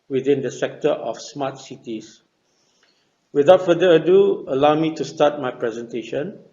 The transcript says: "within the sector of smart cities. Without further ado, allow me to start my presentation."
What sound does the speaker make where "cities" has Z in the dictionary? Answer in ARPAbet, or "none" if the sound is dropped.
S